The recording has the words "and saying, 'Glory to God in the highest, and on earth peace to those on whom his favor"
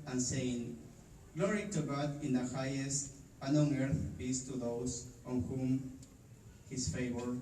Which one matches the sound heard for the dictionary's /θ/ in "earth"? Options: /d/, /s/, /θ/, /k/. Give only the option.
/θ/